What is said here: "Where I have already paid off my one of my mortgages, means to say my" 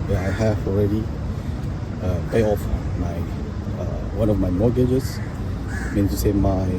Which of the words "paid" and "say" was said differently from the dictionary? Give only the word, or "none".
paid